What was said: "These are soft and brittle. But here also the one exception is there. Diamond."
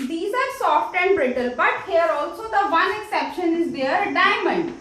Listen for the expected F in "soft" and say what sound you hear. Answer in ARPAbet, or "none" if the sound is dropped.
F